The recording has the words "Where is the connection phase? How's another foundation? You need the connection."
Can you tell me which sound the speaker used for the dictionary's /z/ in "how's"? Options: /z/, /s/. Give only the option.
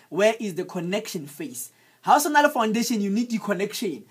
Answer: /s/